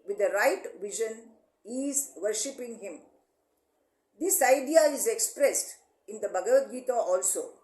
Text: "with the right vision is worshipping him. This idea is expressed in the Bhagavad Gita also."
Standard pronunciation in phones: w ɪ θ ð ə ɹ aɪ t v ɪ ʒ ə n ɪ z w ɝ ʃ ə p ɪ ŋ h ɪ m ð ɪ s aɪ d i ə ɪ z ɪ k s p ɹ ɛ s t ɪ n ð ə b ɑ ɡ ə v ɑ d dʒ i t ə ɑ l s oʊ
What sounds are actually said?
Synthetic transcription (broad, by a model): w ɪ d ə ɹ aɪ t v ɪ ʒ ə n ɪ z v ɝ ʃ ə p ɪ ŋ h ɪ m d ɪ s aɪ d i ə ɪ z ɪ k s p ɹ ɛ s t ɪ n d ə b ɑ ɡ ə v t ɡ i t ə ɑ l s oʊ